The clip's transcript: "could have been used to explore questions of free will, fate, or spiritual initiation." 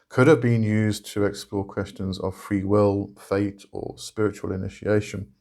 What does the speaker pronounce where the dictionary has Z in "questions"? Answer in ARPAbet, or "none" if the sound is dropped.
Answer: Z